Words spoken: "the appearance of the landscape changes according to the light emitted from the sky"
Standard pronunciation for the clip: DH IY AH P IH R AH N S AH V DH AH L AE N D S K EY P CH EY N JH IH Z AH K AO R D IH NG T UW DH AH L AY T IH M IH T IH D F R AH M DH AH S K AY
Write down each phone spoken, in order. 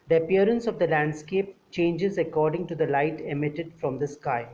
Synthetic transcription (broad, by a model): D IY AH P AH R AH N S AH V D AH L AE N D S K EY P CH EY N JH IH Z AH K AO R D IH NG T UW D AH L AY T IH M IH T IH D F R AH M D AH S K AY